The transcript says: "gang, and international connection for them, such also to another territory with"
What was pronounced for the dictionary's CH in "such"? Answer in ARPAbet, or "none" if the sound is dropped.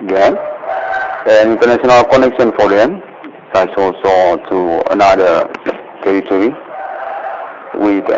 S